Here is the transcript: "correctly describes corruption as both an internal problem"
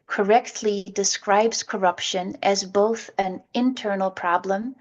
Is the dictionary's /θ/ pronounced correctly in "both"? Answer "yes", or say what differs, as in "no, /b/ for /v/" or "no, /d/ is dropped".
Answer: yes